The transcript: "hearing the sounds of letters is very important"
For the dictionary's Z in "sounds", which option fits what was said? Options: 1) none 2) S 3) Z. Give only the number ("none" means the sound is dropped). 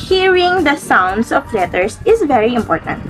2